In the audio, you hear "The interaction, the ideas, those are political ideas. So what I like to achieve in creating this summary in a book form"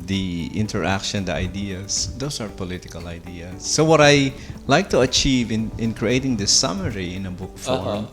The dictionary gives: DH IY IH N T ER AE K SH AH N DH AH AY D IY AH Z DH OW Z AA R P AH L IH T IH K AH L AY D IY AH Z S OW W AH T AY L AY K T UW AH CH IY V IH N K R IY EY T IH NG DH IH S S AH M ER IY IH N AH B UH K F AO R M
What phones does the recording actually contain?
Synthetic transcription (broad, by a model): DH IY IH N T ER AE K SH AH N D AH AY D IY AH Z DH OW S AA R P AH L IH T IH K AH L AY D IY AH S OW W AH T AY L AY K T UW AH CH IY V IH N K R IY EY T IH NG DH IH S S AH M ER IY IH N AH B UH K F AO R M